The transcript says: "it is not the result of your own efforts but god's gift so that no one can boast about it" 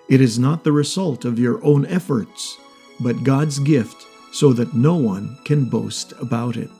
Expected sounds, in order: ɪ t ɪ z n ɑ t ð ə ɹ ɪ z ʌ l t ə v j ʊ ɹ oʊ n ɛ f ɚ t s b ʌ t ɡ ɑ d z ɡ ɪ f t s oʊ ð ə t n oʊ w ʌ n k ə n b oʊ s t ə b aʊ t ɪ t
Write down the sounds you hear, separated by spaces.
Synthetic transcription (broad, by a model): ɪ t ɪ z n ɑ t ð ə ɹ ɪ z ʌ l t ə v j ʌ ɹ oʊ n ɛ f ɚ t s b ʌ t ɡ ɑ d z ɡ ɪ f t s oʊ ð ə t n oʊ w ʌ n k ə n b oʊ s t ə b aʊ t ɪ t